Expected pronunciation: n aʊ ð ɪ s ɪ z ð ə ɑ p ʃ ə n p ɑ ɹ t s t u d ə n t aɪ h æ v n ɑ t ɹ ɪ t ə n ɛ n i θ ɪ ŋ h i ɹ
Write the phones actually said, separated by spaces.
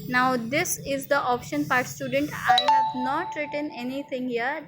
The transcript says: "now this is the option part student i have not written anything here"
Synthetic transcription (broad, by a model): n aʊ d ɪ s ɪ z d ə ɑ p ʃ ə n p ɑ ɹ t s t u d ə n t aɪ h æ v n ɑ t ɹ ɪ t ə n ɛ n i t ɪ ŋ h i ɹ